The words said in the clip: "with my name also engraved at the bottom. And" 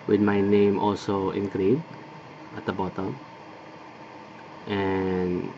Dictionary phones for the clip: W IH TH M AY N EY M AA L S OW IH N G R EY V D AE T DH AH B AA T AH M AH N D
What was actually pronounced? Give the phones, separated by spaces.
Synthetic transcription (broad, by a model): W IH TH M AY N EY M AA L S OW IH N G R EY D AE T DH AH B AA T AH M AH N